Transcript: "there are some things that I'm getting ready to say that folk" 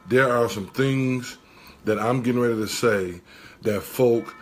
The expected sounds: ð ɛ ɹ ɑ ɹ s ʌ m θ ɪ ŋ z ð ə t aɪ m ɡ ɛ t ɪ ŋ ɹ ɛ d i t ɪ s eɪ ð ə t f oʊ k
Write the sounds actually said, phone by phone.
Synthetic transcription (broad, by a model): ð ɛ ɹ ɑ ɹ s ʌ m θ ɪ ŋ z ð ə t aɪ m ɡ ɛ t ɪ ŋ ɹ ɛ d i t ɪ s eɪ ð ə t f oʊ k